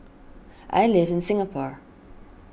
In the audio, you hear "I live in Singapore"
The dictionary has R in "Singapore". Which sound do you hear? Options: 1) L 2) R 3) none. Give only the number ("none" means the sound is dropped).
2